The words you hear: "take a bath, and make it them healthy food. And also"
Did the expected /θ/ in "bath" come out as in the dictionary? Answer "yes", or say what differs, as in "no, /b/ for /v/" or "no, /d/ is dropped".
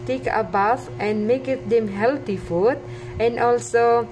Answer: no, /f/ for /θ/